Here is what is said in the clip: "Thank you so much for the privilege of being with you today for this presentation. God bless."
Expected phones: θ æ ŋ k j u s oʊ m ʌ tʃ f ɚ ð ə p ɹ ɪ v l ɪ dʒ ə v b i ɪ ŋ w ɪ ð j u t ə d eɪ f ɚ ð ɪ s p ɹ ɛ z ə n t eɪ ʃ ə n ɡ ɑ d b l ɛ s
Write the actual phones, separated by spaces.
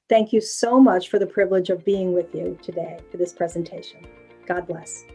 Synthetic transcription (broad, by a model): θ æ ŋ k j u s oʊ m ʌ tʃ f ɚ ð ə p ɹ ɪ v l ɪ dʒ ə v b i ɪ ŋ w ɪ ð j u t ə d eɪ f ɚ ð ɪ s p ɹ ɛ z ə n t eɪ ʃ ə n ɡ ɑ d b l ɛ s